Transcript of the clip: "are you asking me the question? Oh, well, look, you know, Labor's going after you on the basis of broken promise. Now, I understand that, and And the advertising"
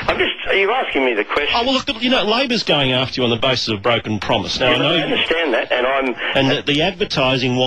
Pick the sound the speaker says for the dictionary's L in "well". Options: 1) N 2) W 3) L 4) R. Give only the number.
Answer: 3